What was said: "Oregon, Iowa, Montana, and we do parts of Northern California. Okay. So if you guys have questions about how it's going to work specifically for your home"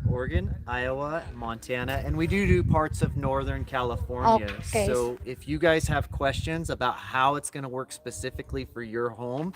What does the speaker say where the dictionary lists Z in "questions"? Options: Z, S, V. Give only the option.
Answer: Z